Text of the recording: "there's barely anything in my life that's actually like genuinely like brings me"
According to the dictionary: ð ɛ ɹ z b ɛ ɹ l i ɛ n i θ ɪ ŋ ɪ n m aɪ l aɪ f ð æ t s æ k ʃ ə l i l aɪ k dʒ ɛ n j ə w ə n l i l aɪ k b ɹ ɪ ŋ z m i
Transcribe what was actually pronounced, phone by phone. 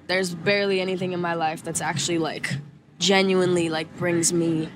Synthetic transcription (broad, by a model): ð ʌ ɹ z b ɛ ɹ l i ɛ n i θ ɪ ŋ ɪ n m aɪ l aɪ f ð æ t s æ k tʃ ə l i l aɪ k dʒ ɛ n j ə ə n l i l aɪ k b ɹ ɪ ŋ z m i